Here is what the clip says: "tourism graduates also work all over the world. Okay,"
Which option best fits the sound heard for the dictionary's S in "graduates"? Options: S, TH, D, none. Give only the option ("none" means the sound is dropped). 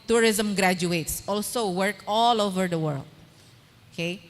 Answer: S